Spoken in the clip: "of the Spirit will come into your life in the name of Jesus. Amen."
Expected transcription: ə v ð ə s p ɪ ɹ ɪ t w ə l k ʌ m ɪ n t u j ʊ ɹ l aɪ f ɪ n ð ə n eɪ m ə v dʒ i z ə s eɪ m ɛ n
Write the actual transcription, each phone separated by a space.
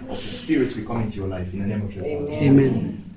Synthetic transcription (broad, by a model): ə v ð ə s p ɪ ɹ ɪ t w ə k ʌ m ɪ n t u j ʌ l aɪ f ɪ n ð ə n eɪ m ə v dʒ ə eɪ m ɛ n